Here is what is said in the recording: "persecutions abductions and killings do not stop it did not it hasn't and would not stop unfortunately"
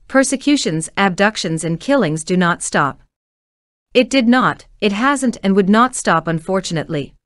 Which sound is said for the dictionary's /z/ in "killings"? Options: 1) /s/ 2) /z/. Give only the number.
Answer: 2